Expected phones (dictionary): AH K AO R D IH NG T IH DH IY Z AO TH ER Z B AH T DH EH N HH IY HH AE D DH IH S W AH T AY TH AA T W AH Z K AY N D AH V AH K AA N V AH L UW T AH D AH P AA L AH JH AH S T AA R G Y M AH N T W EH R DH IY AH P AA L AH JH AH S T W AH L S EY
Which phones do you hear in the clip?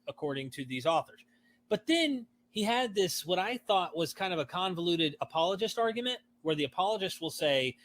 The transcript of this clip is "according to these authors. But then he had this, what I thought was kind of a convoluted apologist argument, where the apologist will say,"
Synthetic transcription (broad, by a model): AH K AO R D IH NG T IH DH IY Z AO TH ER Z B AH T DH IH N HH IY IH D DH IH S W AH T AY TH AA T W AH Z K AY N D AH V AH K AA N V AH L UW T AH D AH P AA L AH JH AH S T AA R G Y M AH N T W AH R DH IY AH P AA L AH JH AH S T W AH L S EY